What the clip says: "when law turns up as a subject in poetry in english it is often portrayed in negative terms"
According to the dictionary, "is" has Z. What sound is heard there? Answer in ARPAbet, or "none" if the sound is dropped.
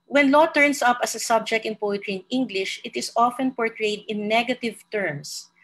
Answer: S